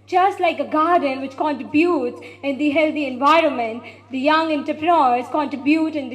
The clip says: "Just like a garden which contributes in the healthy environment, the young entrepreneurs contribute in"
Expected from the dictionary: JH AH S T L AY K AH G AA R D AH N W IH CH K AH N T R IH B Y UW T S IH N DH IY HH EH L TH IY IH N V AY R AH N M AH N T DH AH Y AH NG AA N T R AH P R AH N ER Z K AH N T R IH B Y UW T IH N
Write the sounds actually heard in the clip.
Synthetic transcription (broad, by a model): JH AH S T L AY K AH G AA R D AH N W IH CH K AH N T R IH B Y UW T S IH N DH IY HH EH L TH IY IH N V AY R AH N M AH N T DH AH Y AH NG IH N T AH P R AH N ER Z K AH N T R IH B Y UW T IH N